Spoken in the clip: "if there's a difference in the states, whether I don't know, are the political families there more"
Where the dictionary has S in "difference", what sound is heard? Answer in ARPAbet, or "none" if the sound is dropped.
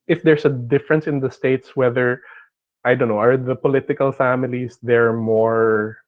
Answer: S